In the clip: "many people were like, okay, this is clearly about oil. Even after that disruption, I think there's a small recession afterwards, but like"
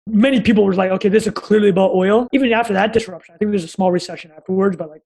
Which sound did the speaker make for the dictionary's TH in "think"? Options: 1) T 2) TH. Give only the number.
2